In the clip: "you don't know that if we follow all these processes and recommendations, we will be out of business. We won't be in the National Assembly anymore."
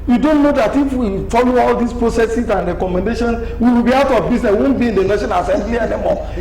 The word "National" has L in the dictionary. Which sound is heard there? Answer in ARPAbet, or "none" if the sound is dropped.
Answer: N